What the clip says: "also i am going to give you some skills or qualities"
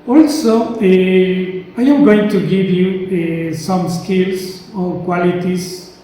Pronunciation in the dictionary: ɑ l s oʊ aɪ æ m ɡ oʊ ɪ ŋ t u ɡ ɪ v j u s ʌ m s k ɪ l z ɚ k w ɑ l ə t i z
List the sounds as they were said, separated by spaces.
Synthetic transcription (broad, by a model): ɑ l s oʊ aɪ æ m ɡ oʊ ɪ ŋ t u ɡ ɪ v j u s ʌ m s k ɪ l s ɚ k w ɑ l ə t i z